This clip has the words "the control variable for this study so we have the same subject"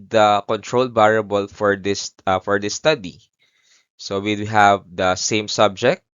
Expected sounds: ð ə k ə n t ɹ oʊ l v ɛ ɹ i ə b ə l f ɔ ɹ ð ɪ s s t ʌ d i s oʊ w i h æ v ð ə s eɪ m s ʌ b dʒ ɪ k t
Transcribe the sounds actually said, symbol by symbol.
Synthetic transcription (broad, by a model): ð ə k ə n t ɹ oʊ l b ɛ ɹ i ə b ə l f ɔ ɹ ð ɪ s s t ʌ d i s oʊ w i h æ v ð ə s eɪ m s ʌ b dʒ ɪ k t